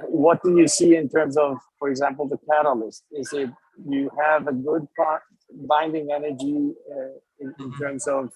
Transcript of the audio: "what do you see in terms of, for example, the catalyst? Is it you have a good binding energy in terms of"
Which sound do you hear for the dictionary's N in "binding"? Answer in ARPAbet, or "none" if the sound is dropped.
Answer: N